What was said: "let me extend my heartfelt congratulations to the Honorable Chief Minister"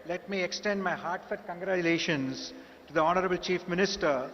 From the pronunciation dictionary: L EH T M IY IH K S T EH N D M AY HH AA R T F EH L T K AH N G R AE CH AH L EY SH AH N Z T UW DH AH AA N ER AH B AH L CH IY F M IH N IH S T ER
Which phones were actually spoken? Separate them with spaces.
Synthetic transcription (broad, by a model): L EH T M IY IH K S T EH N D M AY HH AA R T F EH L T K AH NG G R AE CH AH L EY SH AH N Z T UW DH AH AA N ER AH B AH L CH IY F M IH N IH S T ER